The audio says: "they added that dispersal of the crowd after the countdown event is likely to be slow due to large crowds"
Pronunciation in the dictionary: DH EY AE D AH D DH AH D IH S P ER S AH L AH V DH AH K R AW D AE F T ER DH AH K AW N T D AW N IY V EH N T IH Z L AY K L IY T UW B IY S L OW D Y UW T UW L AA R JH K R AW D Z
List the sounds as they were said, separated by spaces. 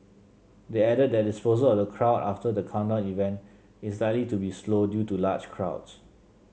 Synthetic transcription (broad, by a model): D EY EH D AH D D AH D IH S P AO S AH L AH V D AH K R AW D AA F T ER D AH K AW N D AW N IY V EH N T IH S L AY L IY T UW B IY S L OW D Y UW T UW L AA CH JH K R AW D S